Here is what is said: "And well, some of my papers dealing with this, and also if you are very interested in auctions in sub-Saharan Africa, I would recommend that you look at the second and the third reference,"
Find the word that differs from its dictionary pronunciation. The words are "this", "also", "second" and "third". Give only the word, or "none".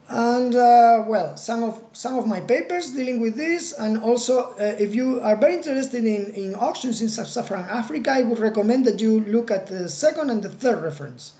none